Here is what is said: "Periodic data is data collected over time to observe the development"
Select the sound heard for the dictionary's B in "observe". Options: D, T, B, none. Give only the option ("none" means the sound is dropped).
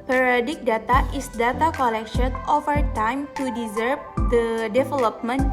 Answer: none